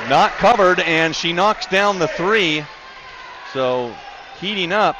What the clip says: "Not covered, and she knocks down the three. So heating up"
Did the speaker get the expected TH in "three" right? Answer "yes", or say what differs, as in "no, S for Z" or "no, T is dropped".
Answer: yes